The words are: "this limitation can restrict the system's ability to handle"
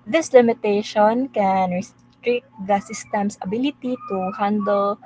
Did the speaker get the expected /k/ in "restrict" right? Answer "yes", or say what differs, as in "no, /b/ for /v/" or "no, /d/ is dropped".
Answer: no, /k/ is dropped